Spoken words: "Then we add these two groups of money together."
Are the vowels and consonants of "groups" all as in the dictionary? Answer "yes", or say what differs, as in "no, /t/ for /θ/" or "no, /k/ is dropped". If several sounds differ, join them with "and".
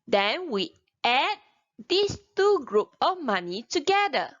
no, /s/ is dropped